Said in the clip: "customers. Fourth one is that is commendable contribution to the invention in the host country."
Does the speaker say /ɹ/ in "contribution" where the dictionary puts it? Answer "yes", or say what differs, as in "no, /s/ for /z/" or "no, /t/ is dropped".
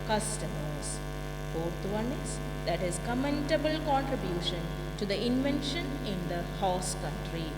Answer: yes